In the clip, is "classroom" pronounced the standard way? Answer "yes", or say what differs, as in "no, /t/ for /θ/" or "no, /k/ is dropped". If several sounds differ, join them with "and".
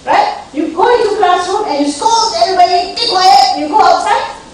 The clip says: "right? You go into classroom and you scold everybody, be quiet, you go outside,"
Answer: no, /ɹ/ is dropped